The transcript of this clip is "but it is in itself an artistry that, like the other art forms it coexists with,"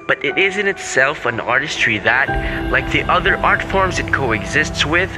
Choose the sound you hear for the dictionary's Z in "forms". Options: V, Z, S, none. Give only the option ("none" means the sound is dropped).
Z